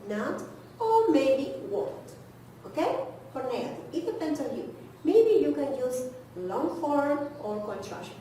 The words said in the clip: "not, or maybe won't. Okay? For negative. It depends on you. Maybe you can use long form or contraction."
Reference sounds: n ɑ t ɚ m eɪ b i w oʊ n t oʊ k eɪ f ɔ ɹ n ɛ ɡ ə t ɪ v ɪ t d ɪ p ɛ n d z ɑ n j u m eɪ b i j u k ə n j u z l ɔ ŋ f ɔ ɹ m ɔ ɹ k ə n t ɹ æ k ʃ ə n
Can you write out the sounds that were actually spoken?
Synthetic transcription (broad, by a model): n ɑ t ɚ m eɪ b i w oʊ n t oʊ k eɪ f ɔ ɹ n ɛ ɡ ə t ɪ ɪ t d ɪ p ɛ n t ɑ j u m eɪ b i j u k ə n j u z l ɔ ŋ f ɔ ɹ m ɔ ɹ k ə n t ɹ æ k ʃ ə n